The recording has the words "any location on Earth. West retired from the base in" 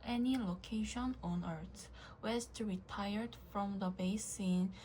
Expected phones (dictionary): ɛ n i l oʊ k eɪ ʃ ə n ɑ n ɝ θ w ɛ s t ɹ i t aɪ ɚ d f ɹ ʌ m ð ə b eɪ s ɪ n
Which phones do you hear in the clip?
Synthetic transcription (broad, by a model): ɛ n i l oʊ k eɪ ʃ ə n ɑ n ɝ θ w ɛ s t ɹ i t aɪ ɚ d f ɹ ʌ m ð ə b eɪ s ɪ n